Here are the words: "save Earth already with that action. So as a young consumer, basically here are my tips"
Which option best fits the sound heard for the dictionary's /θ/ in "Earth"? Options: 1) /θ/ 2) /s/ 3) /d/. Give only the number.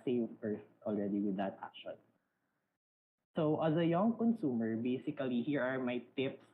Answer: 2